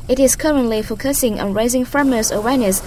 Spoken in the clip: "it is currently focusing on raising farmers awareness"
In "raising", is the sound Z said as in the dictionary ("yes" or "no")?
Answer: yes